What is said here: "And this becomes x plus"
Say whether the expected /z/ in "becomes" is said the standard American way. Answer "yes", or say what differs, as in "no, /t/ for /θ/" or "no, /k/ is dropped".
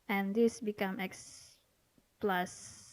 no, /z/ is dropped